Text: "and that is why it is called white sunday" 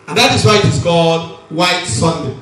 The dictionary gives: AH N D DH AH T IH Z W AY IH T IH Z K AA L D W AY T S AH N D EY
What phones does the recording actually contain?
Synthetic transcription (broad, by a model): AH N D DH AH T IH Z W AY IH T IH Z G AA D W AY T S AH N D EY